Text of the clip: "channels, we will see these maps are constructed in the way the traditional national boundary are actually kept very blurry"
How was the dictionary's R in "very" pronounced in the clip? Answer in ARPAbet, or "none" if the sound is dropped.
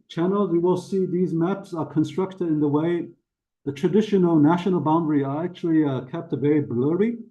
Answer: none